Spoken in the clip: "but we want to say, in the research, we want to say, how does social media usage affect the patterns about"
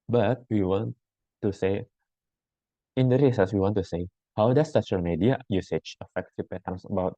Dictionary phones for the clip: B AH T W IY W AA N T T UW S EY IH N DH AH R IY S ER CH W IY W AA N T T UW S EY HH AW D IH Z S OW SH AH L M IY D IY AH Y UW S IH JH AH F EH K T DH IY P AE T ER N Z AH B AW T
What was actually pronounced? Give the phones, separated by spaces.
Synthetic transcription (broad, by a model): B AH T W IY W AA N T T UW S EY IH N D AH R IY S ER S W IY W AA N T T UW S EY HH AW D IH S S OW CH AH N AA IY D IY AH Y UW S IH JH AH F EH K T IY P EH T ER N S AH B AW T